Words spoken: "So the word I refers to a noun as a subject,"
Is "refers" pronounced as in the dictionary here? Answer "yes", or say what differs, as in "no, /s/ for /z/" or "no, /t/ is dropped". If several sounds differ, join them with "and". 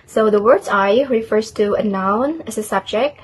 yes